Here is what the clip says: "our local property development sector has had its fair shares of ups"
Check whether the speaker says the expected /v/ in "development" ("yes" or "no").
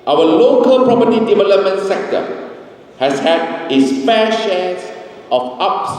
yes